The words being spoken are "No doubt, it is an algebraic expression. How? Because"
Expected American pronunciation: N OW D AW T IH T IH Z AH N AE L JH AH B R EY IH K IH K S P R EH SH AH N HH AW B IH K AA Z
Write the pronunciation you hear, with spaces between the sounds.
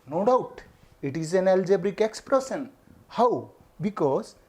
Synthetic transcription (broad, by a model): N OW D AW T IH T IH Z AH N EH L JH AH B R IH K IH K S P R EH S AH N HH AW B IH K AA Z